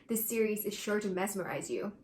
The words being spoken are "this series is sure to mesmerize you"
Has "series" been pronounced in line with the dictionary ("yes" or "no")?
yes